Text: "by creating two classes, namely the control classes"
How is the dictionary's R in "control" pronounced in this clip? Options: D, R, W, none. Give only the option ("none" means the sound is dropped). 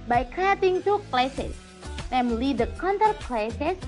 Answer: none